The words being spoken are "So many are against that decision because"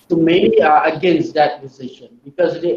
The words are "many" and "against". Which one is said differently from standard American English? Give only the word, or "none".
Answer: many